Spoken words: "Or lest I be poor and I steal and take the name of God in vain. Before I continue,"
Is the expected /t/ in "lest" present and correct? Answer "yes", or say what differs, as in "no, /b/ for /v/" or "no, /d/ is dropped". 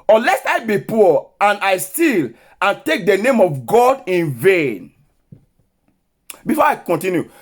no, /t/ is dropped